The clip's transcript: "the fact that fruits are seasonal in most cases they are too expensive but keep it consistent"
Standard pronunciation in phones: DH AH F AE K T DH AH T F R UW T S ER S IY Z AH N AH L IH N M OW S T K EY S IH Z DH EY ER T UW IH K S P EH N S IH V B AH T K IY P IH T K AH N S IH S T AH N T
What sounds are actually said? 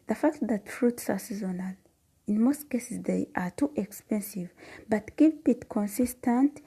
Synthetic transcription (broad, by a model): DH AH F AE K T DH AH T F R UW T S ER S IY Z AH N AH L IH N M OW S T K EY S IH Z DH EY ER T UW IH K S P EH N S IH V B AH T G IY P IH T K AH N S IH S T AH N T